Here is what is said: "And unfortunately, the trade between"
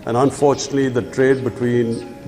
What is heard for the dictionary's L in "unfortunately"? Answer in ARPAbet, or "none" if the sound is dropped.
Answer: L